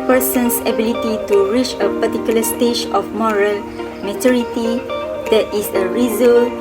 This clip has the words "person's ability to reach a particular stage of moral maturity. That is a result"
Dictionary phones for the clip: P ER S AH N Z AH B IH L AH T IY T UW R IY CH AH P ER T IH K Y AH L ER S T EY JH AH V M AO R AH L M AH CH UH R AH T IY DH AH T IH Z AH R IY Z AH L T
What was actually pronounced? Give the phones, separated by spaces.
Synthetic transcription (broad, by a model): P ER S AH N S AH B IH L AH T IY T UW R IY CH AH P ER T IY K Y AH L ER S T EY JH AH F M AO R AH L M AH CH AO R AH T IY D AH T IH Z AH R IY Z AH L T